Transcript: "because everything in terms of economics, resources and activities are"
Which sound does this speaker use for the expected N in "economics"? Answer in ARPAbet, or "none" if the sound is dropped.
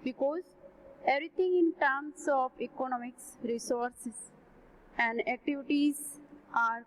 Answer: N